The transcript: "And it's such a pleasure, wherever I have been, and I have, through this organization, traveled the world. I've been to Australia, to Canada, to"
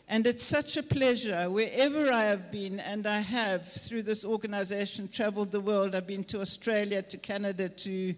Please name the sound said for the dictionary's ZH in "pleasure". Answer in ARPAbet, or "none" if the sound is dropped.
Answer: ZH